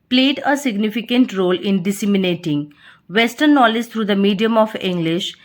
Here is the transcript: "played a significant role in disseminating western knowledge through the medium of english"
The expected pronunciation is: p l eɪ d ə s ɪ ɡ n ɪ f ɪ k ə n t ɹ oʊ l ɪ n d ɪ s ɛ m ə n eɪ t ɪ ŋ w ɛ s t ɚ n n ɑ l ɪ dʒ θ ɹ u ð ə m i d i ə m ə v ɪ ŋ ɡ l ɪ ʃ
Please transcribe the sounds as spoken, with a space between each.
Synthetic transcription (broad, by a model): p l eɪ d ə s ɪ ɡ n ɪ f ɪ k ə n t ɹ oʊ l ɪ n d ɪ s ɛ m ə n eɪ t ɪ ŋ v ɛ s t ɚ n n ɑ l ɪ dʒ t ɹ u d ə m i d i ə m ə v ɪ ŋ ɡ l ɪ ʃ